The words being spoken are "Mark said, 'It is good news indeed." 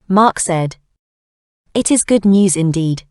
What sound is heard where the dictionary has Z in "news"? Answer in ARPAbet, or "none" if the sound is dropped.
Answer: Z